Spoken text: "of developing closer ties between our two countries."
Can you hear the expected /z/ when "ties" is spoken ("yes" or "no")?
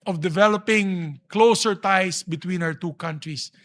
no